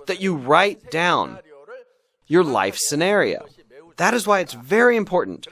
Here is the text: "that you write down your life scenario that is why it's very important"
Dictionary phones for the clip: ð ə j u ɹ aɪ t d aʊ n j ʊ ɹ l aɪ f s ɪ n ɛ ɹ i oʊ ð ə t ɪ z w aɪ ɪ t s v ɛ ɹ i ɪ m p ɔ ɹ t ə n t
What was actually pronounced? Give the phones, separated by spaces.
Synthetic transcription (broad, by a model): ð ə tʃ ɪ ɹ aɪ t d aʊ n j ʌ ɹ l aɪ f s ɪ n ɛ ɹ i oʊ ð ə t ɪ z w aɪ ɪ t s v ɛ ɹ i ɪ m p ɔ ɹ t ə n t